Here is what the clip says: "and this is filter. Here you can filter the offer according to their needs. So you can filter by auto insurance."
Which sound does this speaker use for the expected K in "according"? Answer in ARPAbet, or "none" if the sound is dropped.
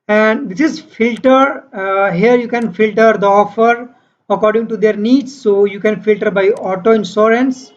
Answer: K